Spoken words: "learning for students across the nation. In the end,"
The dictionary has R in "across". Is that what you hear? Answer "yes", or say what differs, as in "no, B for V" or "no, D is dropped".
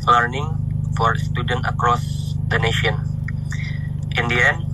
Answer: yes